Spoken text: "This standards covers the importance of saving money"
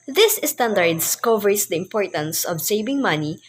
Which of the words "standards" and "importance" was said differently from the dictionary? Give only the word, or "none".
standards